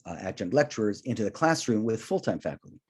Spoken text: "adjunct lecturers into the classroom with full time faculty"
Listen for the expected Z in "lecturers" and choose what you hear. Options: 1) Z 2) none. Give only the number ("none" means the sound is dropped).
1